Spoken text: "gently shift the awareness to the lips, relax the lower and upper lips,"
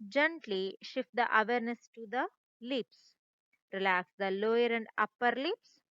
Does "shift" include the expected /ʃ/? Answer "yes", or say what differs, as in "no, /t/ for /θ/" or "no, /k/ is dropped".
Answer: yes